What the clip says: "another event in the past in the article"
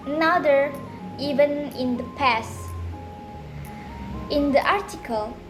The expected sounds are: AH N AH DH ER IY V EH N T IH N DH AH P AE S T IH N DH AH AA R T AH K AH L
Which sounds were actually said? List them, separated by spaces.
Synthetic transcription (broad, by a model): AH N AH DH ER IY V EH N IH N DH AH P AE S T IH N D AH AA R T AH K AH L